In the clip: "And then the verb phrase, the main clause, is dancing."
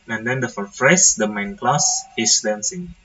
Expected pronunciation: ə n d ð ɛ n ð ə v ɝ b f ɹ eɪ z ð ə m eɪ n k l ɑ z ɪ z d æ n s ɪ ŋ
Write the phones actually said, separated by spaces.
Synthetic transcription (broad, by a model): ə n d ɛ n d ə f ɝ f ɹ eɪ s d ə m eɪ n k l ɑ s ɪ s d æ n s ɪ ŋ